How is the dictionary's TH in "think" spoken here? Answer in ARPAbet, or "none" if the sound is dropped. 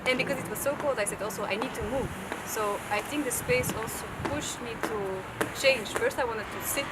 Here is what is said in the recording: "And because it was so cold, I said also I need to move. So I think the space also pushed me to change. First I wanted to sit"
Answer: TH